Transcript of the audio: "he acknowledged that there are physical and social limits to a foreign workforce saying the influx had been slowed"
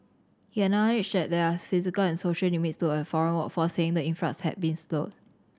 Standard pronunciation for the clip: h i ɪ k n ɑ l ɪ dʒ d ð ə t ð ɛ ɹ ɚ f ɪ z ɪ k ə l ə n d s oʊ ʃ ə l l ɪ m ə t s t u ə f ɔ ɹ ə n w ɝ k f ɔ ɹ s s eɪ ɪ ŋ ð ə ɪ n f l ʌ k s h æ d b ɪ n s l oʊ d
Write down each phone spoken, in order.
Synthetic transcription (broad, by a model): h i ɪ n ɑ n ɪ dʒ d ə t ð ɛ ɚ f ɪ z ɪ k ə l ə n s oʊ ʃ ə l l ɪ m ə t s t u ə f ɔ ɹ ə n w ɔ f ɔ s s eɪ ɪ ŋ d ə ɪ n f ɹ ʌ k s h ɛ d b ɪ n s l oʊ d